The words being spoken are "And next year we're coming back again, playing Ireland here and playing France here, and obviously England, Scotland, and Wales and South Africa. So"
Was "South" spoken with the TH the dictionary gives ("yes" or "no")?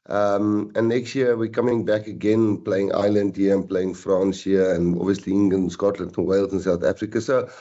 yes